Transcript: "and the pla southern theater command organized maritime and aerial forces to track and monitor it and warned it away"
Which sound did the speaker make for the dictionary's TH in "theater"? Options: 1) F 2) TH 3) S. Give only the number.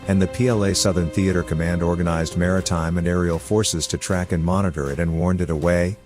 2